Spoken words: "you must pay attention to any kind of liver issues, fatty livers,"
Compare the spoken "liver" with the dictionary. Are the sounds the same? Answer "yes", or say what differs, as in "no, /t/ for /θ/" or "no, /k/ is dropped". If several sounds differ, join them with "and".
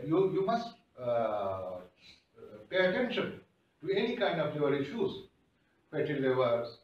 no, /v/ is dropped